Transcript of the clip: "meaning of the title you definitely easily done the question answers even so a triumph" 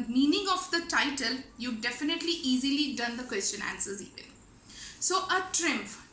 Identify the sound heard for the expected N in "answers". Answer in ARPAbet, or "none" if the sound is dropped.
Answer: N